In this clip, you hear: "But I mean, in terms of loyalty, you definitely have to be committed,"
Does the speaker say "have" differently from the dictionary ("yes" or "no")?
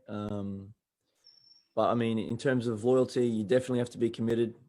yes